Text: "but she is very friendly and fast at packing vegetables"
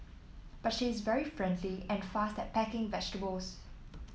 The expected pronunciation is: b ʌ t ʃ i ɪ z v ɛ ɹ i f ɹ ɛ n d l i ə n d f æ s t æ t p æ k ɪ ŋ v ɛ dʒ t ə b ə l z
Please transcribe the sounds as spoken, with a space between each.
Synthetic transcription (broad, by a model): b ʌ t ʃ i ɪ z v ɛ ɹ i f ɹ ɛ n d l i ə n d f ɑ s t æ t p æ k ɪ ŋ v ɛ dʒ t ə b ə l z